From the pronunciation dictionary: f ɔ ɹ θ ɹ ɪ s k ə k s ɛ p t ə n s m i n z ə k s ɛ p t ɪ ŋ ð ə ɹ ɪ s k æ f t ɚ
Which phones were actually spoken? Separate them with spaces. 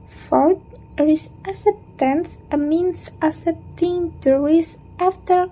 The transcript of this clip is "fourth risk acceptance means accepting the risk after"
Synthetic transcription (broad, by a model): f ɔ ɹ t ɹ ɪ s ə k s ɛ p t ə n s m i n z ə s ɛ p t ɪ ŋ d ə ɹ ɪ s æ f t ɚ